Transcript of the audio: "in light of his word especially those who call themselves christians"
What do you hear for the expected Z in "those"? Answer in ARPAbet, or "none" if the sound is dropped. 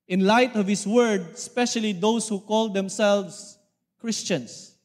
S